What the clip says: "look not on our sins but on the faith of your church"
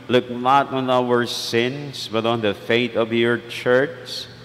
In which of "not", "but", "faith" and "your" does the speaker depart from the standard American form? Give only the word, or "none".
faith